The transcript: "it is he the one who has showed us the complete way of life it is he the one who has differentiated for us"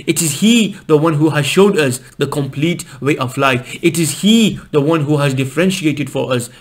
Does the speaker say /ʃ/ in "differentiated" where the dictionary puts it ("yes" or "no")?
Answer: yes